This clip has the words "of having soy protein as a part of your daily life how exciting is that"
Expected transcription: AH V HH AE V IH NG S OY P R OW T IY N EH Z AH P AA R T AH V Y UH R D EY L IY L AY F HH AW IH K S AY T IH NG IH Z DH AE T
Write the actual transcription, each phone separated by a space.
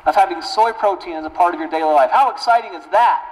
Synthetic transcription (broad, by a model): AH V HH AE V IH NG S OY P R OW T IY N Z AH P AA R T AH V Y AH R D EY L IY L AY F HH AW IH K S AY T IH NG IH Z DH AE T